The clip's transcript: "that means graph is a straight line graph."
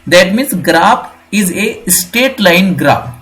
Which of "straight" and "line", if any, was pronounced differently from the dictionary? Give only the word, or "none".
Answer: straight